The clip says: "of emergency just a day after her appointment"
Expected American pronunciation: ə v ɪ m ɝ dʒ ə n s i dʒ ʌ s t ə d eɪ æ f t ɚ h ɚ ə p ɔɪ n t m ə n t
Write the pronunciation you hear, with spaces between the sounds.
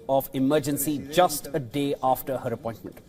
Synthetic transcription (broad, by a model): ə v ɪ m ɝ dʒ ə n s i dʒ ʌ s t ə d eɪ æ f t ɚ h ɚ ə p ɔɪ n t m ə n t